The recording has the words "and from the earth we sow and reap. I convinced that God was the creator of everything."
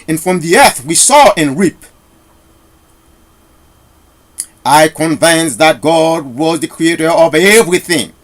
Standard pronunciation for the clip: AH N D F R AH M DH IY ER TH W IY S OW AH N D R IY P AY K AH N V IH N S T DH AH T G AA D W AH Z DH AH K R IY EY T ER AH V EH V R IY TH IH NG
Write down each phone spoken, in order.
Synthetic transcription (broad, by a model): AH N F R AH M DH IY ER TH W IY S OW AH N R IY P AY K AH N V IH N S DH AH T G AA D W AH Z DH AH K R IY EY T ER AH V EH V R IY TH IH NG